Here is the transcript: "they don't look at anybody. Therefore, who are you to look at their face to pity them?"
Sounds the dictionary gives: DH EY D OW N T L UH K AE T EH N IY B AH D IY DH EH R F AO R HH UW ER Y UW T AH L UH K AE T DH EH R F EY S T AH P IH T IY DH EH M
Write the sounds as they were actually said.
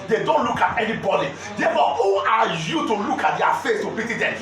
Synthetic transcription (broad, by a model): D EY D OW N T L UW K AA T EH N IY B AH D IY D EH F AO HH UW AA Y UW T AH L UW K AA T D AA F EY S T AH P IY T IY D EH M